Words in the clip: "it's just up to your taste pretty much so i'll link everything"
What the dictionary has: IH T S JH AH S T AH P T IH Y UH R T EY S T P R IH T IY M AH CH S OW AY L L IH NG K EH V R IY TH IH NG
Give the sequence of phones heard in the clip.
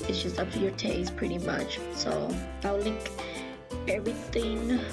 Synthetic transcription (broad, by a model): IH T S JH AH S T AH P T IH Y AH R T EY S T P R IH T IY M AH CH S OW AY W L IH NG K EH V R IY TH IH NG